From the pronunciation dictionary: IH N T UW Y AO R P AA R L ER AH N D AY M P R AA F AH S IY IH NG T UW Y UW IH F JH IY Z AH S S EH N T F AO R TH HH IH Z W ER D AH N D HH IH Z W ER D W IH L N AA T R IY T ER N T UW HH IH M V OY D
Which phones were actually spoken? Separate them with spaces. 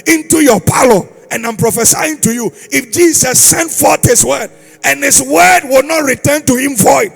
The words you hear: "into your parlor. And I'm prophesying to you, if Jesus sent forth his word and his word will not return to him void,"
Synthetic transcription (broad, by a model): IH N T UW Y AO P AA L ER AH N AY M P R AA F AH S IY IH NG T UW Y UW IH F JH IY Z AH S S EH N T F AO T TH HH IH S W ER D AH N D HH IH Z W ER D W IH L N AA T R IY T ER N T UW HH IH M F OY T